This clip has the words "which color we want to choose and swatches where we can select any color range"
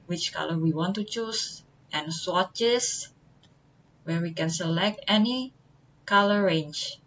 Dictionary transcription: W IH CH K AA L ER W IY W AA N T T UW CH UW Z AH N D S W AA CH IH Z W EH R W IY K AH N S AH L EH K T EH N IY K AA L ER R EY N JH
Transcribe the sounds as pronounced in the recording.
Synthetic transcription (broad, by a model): W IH CH K AA L ER W IY W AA N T T UW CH UW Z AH N S W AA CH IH S W EH R W IY K AH N S AH L EH K T EH N IY K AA L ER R EY N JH